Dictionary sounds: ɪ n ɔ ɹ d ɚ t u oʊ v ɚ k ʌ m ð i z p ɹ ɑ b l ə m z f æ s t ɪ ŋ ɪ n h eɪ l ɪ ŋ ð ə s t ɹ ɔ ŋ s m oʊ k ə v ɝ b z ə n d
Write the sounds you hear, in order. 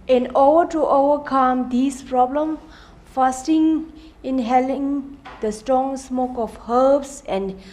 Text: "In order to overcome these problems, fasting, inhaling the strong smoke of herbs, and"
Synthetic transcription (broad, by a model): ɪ n ɔ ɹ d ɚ t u oʊ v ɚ k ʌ m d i s p ɹ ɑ b l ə m f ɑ s t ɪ ŋ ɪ n h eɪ l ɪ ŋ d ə s t ɹ ɔ ŋ s m oʊ k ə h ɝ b s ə n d